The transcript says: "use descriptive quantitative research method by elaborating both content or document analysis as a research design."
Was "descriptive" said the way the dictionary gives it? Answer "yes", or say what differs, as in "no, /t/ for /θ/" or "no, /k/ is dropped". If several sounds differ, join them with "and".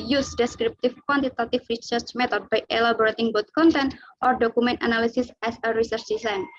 no, /f/ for /v/